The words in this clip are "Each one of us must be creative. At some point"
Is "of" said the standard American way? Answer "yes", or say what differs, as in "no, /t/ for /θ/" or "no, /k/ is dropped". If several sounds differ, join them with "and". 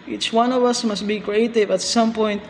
yes